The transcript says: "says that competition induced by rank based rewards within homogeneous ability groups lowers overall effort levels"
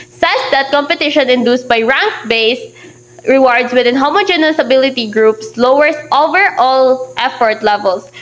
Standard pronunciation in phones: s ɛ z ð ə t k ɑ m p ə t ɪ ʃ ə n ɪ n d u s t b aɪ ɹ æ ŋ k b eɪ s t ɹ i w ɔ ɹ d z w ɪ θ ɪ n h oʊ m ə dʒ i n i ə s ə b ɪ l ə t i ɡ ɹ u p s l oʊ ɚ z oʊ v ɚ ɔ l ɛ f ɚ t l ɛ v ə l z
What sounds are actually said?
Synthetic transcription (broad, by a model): s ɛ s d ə t k ɑ m p ə t ɪ ʃ ə n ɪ n d u s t b aɪ ɹ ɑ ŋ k b eɪ s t ɹ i w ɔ ɹ d s w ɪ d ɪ n h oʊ m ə dʒ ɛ n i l s ə b ɪ l ə t i ɡ ɹ u p s l oʊ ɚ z oʊ v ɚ ɔ l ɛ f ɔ t l ɛ v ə l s